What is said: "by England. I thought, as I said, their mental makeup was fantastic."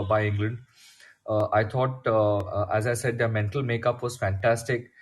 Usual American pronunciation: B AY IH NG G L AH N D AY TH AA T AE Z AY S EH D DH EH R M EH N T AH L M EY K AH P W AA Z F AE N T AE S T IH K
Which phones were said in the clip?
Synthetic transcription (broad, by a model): B AY IH NG G L AH N D AY T AA T AE Z AY S EH D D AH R M EH N T AH L M EY K AH P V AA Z F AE N T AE S T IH K